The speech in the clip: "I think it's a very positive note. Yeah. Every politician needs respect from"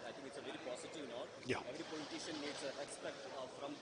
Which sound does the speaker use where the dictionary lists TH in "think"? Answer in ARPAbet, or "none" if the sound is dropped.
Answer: T